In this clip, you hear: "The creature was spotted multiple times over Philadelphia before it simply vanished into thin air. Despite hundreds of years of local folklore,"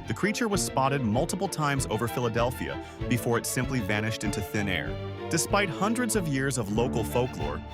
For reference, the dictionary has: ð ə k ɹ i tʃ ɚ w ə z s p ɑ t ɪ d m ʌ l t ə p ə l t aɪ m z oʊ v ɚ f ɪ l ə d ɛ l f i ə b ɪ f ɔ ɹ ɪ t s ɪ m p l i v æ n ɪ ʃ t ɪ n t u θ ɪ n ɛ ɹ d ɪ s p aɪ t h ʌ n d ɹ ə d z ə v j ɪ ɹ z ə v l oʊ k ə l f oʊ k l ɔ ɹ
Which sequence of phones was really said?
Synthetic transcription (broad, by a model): ð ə k ɹ i tʃ ɚ w ə z s p ɑ t ɪ d m ʌ l t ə p l t aɪ m z oʊ v ɚ f ɪ l ə d ɛ l f i ə b ɪ f ɔ ɹ ɪ t s ɪ m p l i v æ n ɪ ʃ t ɪ n t u θ ɪ n ɛ ɹ d ɪ s p aɪ t h ʌ n d ɹ ə d z ə v j ɪ ɹ z ə v l oʊ k l f oʊ k l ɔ ɹ